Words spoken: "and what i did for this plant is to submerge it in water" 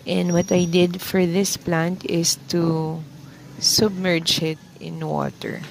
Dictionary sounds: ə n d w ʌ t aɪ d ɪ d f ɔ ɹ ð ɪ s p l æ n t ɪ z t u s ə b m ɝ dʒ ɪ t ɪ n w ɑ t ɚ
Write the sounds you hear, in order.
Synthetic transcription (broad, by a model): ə n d w ʌ t aɪ d ɪ d f ɔ ɹ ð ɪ s p l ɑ n t ɪ s t u s ə b m ɝ dʒ ɪ t ɪ n w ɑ t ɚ